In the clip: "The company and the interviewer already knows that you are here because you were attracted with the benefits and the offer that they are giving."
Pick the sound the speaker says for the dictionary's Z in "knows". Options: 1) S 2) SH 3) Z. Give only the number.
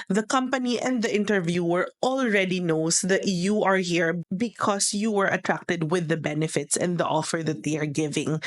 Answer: 1